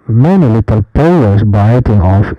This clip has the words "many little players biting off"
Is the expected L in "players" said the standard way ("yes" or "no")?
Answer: no